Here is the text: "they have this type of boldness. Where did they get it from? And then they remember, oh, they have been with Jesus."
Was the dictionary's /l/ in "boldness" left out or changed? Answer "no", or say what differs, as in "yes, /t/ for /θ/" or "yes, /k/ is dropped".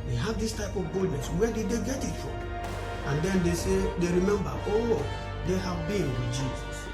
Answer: yes, /l/ is dropped